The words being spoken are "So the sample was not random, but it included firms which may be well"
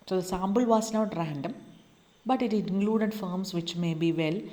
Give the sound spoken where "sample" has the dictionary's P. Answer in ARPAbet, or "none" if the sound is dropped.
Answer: B